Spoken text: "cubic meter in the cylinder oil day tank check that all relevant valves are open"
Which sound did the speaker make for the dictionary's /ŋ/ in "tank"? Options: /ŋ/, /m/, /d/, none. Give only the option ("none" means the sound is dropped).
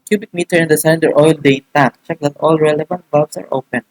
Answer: none